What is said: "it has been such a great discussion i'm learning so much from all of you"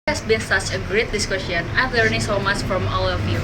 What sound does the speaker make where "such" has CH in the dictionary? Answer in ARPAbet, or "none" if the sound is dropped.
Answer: CH